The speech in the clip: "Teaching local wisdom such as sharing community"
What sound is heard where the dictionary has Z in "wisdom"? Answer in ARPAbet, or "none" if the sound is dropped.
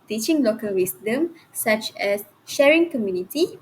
S